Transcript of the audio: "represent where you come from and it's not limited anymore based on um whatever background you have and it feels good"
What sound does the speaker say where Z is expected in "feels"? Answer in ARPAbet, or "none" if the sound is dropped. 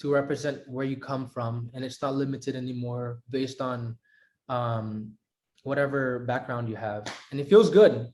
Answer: Z